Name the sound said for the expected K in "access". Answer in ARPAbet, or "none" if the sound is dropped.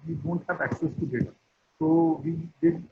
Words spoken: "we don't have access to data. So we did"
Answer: K